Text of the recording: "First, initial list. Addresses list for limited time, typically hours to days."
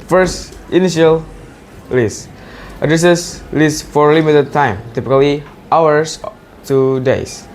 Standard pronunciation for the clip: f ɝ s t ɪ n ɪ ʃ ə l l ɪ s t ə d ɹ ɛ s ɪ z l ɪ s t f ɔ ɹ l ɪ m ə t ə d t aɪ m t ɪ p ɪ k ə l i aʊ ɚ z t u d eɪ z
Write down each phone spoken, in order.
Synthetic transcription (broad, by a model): f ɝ s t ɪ n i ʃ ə l l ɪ s t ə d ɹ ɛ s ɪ s l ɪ s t f ɔ ɹ l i m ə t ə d t aɪ m t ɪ p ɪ k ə l i aʊ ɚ s t u d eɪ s